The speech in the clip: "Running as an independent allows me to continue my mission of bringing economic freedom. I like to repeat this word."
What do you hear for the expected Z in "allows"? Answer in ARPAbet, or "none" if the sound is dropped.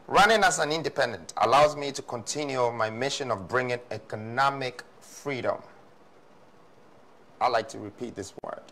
Z